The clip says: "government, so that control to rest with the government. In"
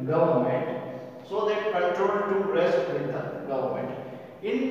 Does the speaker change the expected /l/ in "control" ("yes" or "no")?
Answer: yes